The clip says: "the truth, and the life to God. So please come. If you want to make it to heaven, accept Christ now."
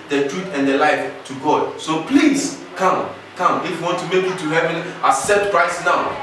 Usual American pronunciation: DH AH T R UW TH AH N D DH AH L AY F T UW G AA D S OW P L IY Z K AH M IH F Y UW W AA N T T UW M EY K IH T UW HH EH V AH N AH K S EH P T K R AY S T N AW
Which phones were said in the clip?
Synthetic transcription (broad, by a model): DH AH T R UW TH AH N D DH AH L AY F T UW G AA D S OW P L IY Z K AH M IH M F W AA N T T UW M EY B IH T UW HH EH V AH N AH S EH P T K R AY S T N AW